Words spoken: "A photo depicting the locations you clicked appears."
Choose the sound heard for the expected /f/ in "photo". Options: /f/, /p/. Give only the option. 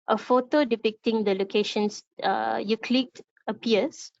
/f/